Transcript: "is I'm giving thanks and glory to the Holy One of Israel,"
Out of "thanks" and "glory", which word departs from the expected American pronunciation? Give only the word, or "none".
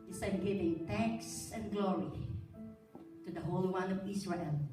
thanks